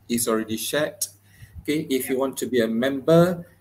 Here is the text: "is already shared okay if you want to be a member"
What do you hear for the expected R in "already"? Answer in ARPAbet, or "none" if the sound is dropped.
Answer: R